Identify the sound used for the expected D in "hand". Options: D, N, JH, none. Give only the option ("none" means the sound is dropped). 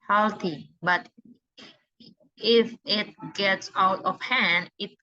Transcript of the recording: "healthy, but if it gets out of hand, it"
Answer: D